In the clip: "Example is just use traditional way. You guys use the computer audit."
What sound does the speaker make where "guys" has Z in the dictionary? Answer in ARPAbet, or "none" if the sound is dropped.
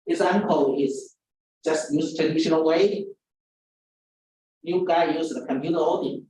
none